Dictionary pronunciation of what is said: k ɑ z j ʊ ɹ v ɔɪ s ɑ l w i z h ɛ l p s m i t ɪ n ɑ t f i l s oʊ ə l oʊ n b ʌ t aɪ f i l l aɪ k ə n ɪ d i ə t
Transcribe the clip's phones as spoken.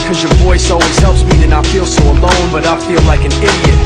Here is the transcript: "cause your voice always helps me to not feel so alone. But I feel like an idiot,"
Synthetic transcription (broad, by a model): k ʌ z j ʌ ɹ v ɔɪ s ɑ w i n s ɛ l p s m i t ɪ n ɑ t f i l s oʊ ə l oʊ n b ʌ t aɪ f i l l aɪ k ə n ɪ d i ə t